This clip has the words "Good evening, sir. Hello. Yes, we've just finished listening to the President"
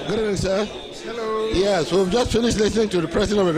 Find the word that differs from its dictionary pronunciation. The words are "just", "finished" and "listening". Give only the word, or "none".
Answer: none